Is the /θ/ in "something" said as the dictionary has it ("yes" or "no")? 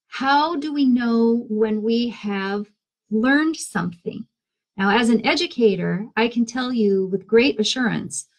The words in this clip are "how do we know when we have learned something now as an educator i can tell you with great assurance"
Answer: yes